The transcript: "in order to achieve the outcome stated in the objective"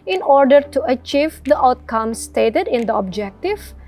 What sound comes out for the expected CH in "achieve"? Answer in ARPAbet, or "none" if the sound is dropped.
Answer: CH